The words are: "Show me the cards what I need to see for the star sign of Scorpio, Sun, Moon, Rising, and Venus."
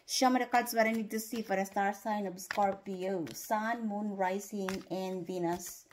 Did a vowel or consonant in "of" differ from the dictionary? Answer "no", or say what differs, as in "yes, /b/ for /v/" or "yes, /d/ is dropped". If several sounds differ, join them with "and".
yes, /b/ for /v/